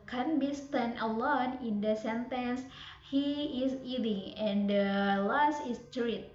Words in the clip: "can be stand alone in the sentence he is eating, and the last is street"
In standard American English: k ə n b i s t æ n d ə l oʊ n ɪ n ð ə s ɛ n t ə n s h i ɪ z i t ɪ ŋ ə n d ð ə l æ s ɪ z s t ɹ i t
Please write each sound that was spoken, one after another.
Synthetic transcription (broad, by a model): k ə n b i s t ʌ n ə l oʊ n ɪ n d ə s ɛ n t ə n s h i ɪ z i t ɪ ŋ ə n d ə l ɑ s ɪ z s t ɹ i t